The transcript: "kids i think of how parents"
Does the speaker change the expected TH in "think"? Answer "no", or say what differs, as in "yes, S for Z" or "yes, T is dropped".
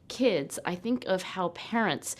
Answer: no